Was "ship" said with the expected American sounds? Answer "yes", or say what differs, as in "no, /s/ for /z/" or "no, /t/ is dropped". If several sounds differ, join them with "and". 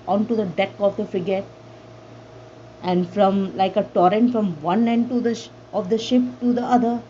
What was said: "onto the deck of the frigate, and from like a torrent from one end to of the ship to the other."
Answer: yes